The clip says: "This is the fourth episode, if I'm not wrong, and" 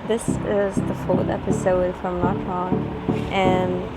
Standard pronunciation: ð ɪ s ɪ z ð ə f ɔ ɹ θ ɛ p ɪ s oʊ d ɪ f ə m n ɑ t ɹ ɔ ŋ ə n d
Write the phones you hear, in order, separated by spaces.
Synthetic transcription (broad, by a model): ð ɪ s ɪ z ð ə f ɔ ɹ θ ɛ p ɪ s oʊ d f ə m l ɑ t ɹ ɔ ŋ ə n